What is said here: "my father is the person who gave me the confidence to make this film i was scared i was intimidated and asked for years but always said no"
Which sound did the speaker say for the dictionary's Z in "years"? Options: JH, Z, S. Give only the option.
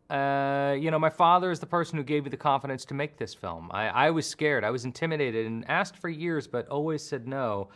Z